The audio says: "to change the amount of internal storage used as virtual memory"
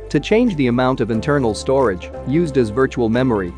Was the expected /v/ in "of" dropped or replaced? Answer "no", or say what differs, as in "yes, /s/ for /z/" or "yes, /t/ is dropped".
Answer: no